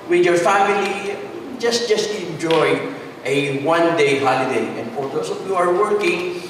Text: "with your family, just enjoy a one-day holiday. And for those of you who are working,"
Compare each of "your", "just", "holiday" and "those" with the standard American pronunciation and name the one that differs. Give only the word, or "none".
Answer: those